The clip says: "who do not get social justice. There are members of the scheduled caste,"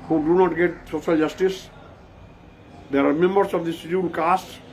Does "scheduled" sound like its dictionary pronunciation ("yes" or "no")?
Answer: no